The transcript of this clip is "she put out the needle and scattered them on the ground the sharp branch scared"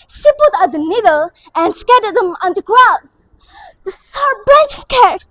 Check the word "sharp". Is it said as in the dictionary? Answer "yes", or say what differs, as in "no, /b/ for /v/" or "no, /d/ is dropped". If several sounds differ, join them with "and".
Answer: no, /s/ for /ʃ/